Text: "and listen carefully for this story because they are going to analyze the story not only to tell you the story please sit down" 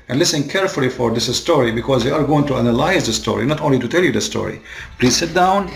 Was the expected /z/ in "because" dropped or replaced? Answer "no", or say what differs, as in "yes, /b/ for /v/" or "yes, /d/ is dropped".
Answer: no